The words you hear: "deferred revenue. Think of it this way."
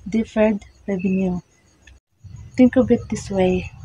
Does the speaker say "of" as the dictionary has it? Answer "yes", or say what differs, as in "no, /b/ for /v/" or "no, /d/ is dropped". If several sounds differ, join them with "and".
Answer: no, /b/ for /v/